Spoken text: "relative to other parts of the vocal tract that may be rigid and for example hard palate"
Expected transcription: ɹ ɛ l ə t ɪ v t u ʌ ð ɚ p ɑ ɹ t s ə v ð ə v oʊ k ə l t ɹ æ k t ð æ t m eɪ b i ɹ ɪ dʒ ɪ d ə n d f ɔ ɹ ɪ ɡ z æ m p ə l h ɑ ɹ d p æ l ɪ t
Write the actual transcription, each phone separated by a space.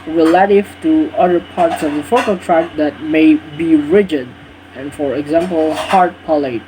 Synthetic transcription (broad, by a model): ɹ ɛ l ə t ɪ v t u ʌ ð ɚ p ɑ ɹ t s ə v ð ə f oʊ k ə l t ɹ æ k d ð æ t m eɪ b i ɹ ɪ dʒ ɪ d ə n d f ɔ ɹ ɪ ɡ z æ m p ə l h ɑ ɹ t p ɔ l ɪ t